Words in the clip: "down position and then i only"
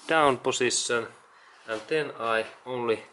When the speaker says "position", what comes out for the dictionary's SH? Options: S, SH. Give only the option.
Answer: S